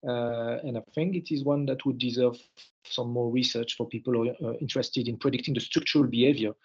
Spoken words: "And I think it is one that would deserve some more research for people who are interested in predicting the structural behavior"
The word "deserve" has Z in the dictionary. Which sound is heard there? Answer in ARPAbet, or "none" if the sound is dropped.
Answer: Z